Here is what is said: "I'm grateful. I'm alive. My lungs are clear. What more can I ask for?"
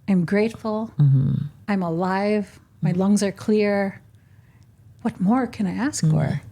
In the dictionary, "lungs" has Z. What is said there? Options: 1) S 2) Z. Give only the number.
2